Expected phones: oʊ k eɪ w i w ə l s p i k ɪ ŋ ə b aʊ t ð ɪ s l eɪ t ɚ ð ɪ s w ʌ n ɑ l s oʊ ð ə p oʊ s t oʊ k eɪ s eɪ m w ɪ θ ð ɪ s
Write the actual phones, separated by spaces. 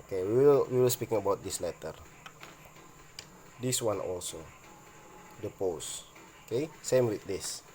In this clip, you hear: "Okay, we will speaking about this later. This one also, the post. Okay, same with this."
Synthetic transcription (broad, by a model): k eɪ w i w ə l s p i k ɪ ŋ ə b aʊ t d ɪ s l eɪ t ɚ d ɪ s w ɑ n ɑ l s oʊ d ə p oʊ s oʊ k eɪ s eɪ m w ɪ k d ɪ s